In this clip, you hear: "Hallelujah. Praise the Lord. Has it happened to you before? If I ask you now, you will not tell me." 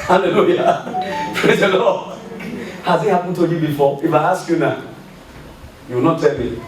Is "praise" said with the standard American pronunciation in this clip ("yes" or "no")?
yes